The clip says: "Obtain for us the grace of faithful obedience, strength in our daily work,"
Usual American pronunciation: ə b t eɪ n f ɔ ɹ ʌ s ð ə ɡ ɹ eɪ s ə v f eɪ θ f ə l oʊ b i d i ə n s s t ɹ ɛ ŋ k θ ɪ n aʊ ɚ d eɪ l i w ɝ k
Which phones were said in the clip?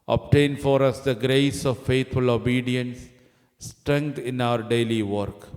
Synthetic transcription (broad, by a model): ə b t eɪ n f ɔ ɹ ʌ s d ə ɡ ɹ eɪ s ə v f eɪ t f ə l oʊ b i d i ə n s s t ɹ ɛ ŋ k t ɪ n aʊ ɚ d eɪ l i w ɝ k